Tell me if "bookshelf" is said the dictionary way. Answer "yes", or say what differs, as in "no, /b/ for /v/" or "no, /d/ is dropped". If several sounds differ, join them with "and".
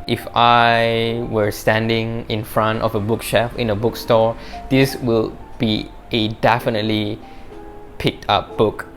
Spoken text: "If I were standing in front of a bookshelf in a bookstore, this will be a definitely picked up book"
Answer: no, /l/ is dropped